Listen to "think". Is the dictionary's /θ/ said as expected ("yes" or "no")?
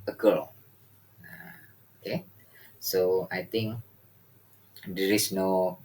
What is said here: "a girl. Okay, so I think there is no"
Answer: no